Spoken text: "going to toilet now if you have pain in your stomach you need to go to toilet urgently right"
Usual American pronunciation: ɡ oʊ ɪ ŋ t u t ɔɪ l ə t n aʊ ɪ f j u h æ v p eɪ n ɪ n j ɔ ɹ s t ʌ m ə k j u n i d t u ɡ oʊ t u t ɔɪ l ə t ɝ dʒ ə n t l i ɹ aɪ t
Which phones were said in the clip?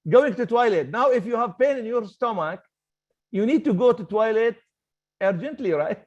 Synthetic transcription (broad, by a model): ɡ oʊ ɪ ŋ t u t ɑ l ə t n aʊ ɪ f j u h æ v p eɪ n ɪ n j ɔ ɹ s t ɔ m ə k j u n i d t u ɡ oʊ t u t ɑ l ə t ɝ dʒ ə n t l i ɹ aɪ t